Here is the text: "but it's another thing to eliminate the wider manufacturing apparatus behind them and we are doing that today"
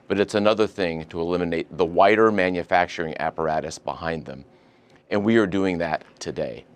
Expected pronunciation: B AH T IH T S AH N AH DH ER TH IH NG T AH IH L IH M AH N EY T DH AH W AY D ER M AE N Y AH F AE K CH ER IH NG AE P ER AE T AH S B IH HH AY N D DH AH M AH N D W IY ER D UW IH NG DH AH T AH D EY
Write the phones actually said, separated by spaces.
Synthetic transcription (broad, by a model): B AH T IH T S AH N AH DH ER TH IH NG T AH IH L IH M AH N EY T DH AH W AY D ER M AE N Y AH F AE K CH ER IH NG AE P ER AE T AH S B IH HH AY N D DH AH M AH N W IY ER D UW IH NG DH AH T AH D EY